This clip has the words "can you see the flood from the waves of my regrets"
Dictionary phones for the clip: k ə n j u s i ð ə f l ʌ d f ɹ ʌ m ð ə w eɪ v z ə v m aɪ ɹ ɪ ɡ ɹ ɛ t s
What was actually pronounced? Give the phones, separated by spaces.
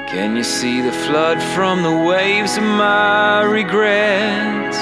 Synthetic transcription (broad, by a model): k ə n j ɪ s i ð ə f l ʌ d f ɹ ʌ m ð ə w eɪ v z ə v m aɪ ɹ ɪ ɡ ɹ ɛ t